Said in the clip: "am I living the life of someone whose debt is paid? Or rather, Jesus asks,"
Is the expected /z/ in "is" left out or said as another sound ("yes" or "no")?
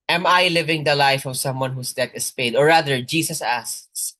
yes